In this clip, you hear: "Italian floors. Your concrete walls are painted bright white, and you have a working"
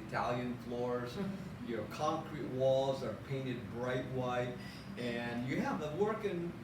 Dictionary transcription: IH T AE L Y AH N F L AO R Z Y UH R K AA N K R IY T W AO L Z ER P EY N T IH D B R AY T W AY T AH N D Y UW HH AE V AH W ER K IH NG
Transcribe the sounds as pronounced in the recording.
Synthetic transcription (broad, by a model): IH T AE L Y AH N F L AO R Z Y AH R K AA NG K R IY T W AO L Z ER P EY N T IH D B R AY T W AY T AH N Y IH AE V AH W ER K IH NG